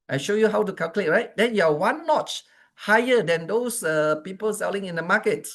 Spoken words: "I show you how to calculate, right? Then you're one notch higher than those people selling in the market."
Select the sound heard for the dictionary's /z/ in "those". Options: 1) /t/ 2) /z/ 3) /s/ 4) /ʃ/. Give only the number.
3